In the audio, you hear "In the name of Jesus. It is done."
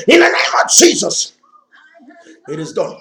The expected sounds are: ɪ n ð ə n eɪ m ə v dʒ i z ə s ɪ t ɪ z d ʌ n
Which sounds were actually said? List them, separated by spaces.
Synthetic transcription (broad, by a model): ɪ n ð ə n eɪ m ə v dʒ i z ə s ɪ t ɪ z d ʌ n